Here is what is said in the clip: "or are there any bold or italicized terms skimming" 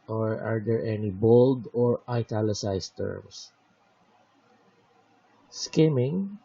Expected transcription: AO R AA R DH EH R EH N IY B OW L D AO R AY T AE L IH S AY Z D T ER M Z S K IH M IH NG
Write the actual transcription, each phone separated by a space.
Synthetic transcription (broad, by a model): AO R AA R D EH R EH N IY B OW L D AO R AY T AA L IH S AY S T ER M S S K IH M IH NG